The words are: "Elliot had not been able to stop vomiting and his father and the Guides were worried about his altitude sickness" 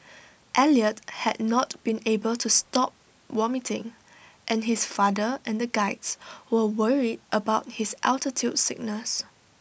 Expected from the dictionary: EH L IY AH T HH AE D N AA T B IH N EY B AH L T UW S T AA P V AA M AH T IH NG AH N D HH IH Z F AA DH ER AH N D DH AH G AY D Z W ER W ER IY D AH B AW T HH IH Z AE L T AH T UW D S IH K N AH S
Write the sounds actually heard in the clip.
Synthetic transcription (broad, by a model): EH L IY AH T HH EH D N AA T B IH N EY B AH L T UW S T AA P W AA M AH T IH NG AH N HH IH S F AA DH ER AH N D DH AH G AY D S W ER W ER IY D AH B AW T HH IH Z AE L T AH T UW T S IH K N AH S